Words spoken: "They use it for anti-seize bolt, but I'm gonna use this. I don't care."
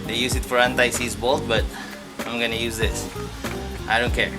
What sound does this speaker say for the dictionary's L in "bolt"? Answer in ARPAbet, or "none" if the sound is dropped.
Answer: L